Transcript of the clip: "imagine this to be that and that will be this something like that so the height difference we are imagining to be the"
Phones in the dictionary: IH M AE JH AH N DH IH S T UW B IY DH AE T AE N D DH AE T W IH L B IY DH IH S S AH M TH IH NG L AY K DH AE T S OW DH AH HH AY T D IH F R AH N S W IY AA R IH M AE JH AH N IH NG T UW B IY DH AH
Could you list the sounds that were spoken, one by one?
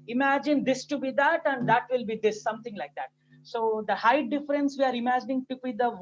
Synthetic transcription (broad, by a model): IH M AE JH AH N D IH S T UW B IY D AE T AE N D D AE T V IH L B IY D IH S S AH M T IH NG L AY K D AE T S OW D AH HH AY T D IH F R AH N S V IY AA R IH M AE JH AH N IH NG T UW B IY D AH